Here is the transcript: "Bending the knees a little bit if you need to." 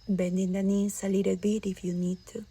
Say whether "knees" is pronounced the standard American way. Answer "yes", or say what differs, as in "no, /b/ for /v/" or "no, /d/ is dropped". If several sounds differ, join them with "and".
no, /s/ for /z/